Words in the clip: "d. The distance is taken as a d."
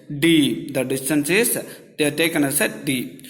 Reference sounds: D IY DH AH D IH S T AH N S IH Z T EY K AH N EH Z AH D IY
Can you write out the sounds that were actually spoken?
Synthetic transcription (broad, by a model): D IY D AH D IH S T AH N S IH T T EY K AH N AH S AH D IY